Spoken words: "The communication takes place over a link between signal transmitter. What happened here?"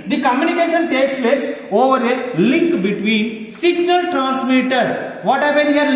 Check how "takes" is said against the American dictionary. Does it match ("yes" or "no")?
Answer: yes